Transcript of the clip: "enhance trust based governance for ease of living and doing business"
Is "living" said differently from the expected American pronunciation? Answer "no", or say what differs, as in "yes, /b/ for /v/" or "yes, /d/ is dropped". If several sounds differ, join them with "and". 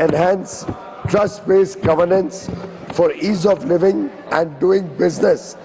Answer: no